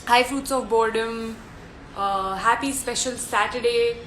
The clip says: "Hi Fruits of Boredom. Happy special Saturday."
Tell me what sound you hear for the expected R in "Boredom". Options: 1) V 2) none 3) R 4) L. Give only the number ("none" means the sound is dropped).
3